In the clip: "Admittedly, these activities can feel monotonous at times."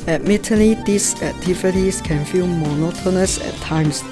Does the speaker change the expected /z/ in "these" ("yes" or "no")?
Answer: yes